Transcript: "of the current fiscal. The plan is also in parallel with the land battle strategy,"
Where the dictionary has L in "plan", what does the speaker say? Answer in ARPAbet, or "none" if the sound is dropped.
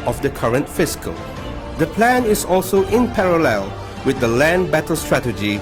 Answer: L